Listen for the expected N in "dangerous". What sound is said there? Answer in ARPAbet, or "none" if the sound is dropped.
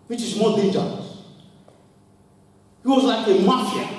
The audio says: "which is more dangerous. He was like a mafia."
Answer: none